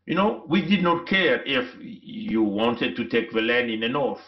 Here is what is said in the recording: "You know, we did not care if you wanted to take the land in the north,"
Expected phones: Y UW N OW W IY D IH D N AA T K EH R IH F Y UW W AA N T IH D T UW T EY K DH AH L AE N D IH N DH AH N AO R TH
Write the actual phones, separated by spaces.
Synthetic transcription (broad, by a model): Y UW N OW W IY D IH D N AA T K EH R IH F Y UW W AA N T IH D T UW T EY K DH AH L AE N D IH N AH N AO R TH